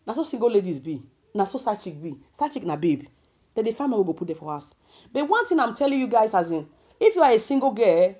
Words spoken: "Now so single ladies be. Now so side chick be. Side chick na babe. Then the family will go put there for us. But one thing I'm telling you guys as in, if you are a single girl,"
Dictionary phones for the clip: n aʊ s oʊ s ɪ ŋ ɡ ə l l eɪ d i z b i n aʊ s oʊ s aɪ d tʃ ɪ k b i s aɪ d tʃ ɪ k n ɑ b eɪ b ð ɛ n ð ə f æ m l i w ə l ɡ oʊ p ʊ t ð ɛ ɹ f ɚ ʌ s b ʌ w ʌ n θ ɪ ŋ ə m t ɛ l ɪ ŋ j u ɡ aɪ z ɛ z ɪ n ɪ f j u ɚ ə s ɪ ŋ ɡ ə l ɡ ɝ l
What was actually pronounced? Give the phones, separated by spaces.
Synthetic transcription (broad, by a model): n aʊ s oʊ s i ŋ ɡ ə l l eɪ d i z b i n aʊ s oʊ s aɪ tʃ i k b i s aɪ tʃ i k n ɑ b eɪ b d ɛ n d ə f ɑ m i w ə ɡ oʊ p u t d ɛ f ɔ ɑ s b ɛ w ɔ n t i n ə m t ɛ l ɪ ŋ j u ɡ aɪ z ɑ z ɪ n ɪ f j u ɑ ə s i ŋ ɡ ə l ɡ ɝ